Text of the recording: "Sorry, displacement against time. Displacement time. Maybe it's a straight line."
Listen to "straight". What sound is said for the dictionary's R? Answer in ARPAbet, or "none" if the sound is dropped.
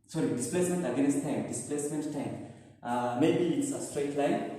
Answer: R